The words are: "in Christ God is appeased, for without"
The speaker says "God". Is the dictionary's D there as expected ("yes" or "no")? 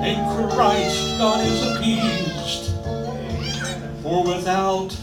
no